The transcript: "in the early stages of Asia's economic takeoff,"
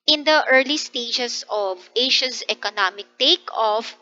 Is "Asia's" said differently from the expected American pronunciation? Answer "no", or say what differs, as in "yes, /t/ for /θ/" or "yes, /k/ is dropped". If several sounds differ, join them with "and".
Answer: yes, /ʃ/ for /ʒ/ and /s/ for /z/